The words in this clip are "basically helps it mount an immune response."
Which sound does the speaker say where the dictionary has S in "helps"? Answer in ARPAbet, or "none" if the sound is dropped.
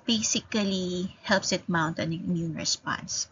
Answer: S